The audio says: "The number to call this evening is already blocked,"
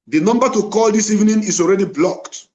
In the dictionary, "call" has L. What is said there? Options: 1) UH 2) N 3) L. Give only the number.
3